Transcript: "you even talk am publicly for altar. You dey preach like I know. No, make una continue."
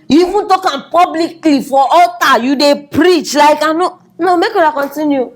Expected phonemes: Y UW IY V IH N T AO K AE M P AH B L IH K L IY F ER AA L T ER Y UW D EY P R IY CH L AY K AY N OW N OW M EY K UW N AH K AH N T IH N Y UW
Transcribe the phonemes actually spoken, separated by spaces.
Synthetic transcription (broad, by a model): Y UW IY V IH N T AO K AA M P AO B L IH K L IY F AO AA T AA Y UW D EY P R IY CH L AY K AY N OW N OW M EY K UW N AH K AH N T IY N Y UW